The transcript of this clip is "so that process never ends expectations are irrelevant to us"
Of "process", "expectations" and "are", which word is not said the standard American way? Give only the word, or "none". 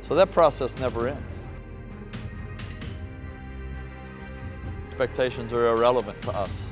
none